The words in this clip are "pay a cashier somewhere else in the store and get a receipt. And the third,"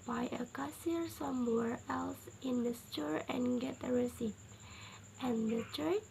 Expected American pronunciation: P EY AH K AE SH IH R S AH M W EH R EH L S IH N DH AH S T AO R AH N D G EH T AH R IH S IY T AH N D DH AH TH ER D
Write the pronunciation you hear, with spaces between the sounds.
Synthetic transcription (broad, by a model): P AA AH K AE S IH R S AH M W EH R EH L S IH N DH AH S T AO R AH N G EH T AH R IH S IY T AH N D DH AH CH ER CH